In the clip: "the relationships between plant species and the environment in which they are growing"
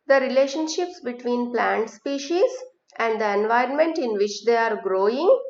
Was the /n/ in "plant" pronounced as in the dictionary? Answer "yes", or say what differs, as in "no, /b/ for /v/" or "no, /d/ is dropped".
yes